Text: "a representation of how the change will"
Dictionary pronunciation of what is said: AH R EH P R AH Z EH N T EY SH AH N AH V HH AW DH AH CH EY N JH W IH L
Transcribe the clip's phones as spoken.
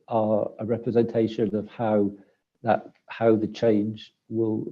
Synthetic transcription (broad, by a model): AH R EH P R AH Z EH N T EY SH AH N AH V HH AW DH AH CH EY N JH W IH L